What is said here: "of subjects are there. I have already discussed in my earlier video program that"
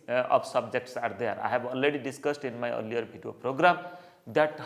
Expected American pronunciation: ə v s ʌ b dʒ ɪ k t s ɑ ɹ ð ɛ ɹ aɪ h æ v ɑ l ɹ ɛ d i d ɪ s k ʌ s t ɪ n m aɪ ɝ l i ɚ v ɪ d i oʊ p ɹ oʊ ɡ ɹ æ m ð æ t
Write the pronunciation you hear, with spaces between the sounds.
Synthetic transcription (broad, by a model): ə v s ʌ b dʒ ɪ k t s ɑ ɹ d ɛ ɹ aɪ h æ b ɑ l ɹ ɛ d i d ɪ s k ʌ s t ɪ n m aɪ ɝ l i ɚ b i d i oʊ p ɹ oʊ ɡ ɹ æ m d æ t